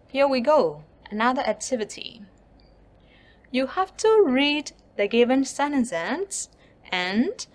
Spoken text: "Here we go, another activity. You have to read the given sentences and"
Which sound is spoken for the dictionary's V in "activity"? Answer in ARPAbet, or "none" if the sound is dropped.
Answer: V